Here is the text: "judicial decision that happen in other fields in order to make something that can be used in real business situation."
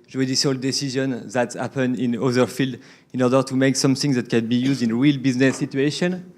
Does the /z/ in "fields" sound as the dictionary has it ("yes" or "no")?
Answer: no